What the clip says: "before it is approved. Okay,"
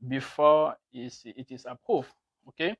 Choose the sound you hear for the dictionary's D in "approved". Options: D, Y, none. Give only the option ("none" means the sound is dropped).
none